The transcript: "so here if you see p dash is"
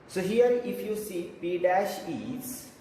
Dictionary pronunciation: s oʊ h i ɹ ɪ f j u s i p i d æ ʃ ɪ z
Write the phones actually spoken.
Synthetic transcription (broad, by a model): s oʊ h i ɹ ɪ f j u s i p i d æ ʃ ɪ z